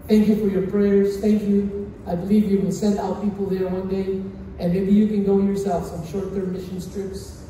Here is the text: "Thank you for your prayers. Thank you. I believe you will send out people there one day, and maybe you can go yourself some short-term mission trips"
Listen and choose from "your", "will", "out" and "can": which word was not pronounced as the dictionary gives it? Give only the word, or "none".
will